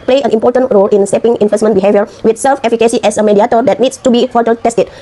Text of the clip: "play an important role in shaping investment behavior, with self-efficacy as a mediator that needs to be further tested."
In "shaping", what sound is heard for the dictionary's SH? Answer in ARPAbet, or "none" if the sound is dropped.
S